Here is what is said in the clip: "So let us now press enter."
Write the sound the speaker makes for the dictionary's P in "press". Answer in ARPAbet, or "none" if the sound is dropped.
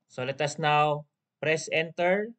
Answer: P